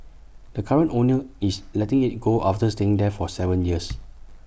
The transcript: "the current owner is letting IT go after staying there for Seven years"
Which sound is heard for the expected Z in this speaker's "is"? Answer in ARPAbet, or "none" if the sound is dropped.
S